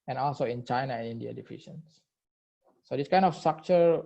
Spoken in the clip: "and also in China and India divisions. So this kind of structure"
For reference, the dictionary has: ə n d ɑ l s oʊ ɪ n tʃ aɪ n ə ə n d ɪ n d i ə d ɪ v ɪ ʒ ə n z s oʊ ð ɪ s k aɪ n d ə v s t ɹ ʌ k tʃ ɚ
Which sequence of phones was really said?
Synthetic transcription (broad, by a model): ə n ɑ l s oʊ ɪ n tʃ aɪ n ə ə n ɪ n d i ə d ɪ f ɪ ʃ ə n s s oʊ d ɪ s k aɪ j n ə f s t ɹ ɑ k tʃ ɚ